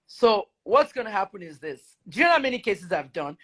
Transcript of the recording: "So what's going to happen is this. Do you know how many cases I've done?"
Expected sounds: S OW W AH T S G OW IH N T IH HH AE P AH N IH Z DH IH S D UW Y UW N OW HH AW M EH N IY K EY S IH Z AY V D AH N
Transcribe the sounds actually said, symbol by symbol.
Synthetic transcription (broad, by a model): S OW W AH T S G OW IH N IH HH AE P AH N IH Z DH IH S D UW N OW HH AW M EH N IY K EY S IH Z AY V D AH N